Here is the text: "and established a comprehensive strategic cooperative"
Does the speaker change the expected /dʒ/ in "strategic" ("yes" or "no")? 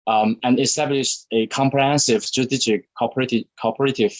yes